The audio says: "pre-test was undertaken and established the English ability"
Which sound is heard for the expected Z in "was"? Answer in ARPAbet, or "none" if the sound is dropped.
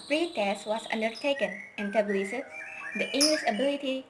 S